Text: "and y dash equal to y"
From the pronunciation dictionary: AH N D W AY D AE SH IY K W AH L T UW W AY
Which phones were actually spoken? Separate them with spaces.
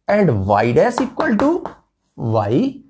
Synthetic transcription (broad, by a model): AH N D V AY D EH S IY K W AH L T UW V AY